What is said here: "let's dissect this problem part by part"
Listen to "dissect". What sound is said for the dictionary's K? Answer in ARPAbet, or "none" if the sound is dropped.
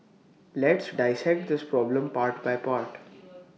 K